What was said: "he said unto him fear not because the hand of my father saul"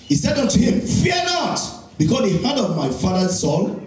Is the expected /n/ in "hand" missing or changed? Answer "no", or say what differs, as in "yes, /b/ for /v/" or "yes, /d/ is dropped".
yes, /n/ is dropped